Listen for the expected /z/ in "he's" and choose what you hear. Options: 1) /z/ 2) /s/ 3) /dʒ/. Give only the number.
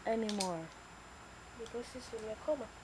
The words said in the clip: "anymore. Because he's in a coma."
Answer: 2